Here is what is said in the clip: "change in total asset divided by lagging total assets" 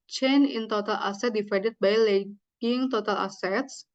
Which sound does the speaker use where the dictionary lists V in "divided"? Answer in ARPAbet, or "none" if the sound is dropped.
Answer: F